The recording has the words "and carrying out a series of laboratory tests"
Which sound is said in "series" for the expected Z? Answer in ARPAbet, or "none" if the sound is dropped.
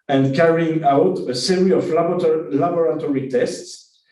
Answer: none